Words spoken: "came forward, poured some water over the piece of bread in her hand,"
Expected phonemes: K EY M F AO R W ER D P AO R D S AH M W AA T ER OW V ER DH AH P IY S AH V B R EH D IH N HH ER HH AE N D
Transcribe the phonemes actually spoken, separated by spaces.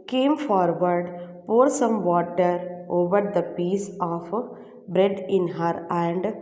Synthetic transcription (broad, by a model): K EY M F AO R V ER D P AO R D S AH M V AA T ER OW V ER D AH P IY S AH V B R EH D IH N HH ER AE N D